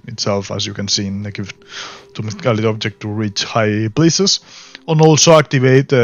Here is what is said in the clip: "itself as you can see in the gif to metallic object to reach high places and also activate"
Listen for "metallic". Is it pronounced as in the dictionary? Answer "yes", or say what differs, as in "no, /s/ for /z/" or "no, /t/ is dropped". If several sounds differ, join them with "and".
no, /k/ is dropped